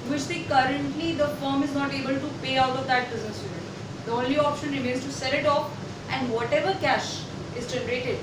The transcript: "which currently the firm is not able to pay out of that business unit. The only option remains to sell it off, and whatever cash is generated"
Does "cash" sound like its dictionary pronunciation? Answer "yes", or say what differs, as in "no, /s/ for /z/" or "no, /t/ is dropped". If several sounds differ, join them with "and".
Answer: yes